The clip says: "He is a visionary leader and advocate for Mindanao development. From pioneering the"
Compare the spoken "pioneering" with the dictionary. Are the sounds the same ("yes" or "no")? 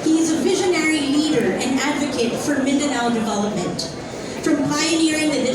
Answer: yes